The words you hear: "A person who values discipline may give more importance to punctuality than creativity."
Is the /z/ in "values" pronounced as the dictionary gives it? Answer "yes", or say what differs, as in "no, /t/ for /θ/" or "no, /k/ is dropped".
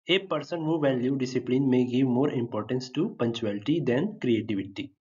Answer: no, /z/ is dropped